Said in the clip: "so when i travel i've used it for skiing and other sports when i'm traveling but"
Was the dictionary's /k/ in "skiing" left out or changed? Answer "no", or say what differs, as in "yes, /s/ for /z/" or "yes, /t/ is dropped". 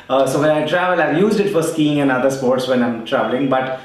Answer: no